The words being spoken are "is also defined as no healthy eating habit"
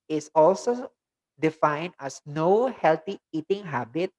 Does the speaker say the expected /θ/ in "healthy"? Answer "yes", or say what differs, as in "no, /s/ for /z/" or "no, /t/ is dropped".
no, /t/ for /θ/